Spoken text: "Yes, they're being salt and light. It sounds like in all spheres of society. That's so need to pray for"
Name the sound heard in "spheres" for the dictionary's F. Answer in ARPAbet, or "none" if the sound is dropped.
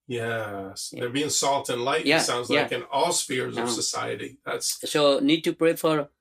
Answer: F